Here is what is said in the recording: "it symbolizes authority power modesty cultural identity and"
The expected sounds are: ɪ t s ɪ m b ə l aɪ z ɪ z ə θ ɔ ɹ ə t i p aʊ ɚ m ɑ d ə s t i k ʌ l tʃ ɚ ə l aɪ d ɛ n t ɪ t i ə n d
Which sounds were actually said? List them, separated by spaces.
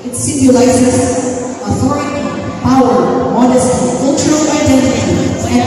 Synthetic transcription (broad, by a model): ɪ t s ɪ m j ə l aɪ s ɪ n ə θ ɔ ɹ ə t i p aʊ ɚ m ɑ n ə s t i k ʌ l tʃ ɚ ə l aɪ d ɛ n t ɪ t i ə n